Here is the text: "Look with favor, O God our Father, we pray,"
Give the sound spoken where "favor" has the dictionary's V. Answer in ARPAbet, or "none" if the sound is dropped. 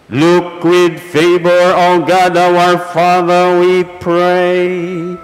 B